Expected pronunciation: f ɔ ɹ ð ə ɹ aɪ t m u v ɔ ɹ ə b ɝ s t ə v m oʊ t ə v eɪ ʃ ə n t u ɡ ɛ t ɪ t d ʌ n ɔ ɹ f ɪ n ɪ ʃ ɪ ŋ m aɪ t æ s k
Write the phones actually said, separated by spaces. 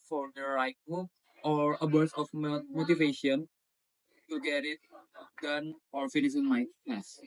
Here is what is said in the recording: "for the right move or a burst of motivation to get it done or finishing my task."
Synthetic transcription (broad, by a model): f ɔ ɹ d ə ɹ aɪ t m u ɔ ɹ ə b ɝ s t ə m m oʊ t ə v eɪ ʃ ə n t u ɡ ɛ t ɪ t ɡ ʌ n ɔ ɹ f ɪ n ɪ s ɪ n m aɪ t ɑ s